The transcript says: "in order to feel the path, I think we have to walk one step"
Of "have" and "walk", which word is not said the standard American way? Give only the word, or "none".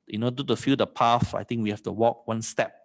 have